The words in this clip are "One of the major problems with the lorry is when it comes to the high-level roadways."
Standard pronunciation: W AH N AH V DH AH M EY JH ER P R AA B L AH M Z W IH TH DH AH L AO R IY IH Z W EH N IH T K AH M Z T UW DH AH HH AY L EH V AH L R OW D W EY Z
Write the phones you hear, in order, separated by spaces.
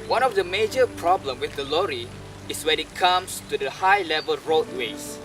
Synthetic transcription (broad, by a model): W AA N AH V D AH M EY JH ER P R AA B L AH M W IH TH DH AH L AO R IY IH S W EH N IH T K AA M S T UW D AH HH AY L EH V AH L R OW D W EY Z